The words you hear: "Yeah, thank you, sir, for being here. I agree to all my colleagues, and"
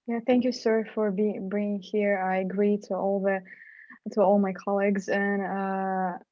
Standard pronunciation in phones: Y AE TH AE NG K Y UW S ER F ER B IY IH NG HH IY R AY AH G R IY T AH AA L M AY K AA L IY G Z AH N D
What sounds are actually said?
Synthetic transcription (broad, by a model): Y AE TH AE NG K Y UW S ER F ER B IY IH NG HH IY R AY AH G R IY T AH AA L M AY K AA L IY G Z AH N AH